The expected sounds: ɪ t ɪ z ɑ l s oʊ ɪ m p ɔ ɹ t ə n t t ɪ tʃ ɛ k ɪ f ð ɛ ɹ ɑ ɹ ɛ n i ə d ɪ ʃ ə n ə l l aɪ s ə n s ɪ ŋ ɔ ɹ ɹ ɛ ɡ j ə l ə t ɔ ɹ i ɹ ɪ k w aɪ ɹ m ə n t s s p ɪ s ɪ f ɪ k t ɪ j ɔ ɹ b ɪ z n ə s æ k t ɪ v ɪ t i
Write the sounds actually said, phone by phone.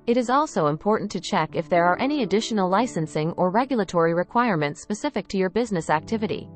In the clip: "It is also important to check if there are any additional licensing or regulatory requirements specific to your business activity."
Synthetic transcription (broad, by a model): ɪ t ɪ z ɑ l s oʊ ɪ m p ɔ ɹ t n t t ɪ tʃ ɛ k ɪ f ð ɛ ɹ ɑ ɹ ɛ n i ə d ɪ ʃ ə n l l aɪ s ə n s ɪ ŋ ɔ ɹ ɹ ɛ ɡ j l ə t ɔ ɹ i ɹ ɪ k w aɪ ɹ m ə n t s s p ɪ s ɪ f ɪ k t ɪ j ɔ ɹ b ɪ z n ə s æ k t ɪ v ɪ t i